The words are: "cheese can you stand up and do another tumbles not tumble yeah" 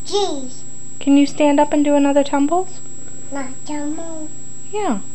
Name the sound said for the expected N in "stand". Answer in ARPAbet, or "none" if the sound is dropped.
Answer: N